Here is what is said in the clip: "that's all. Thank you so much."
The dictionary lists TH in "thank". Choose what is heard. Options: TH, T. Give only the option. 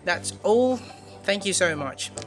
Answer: TH